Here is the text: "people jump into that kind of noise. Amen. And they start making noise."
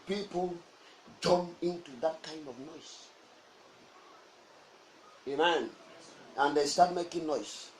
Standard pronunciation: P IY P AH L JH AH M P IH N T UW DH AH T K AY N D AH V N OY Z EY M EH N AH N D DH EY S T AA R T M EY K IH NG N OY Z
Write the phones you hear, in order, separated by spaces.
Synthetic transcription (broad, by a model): P IY P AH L JH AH M IH N T UW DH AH T K AY N D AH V N OY S EY M EH N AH N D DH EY S T AA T M EY K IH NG N OY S